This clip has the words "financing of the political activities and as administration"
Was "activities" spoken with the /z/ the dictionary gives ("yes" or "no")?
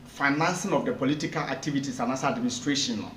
no